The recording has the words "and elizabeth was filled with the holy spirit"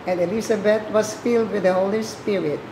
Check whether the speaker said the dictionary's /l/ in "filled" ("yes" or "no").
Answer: yes